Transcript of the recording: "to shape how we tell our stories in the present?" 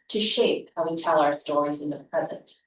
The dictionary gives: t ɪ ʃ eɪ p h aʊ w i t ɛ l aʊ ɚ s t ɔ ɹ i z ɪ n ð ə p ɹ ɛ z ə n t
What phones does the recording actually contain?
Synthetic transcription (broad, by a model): t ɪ ʃ eɪ p h aʊ w i t ɛ l aʊ ɚ s t ɔ ɹ i z ɪ n ð ə p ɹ ɛ z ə n t